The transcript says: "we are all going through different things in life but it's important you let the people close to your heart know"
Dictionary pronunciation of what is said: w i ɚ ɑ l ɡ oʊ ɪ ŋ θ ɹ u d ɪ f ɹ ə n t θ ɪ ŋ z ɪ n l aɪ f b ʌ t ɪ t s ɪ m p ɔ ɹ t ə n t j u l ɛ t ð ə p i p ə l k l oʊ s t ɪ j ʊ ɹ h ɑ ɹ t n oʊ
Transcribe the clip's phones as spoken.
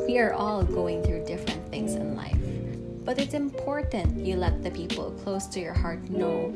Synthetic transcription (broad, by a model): w i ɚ ɑ l ɡ oʊ ɪ ŋ θ ɹ u d ɪ f ɹ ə n θ ɪ ŋ z ɪ n l aɪ f b ʌ t ɪ t s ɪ m p ɔ ɹ t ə n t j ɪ l ɛ t ð ə p i p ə l k l oʊ s t ɪ j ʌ ɹ h ɑ ɹ t n oʊ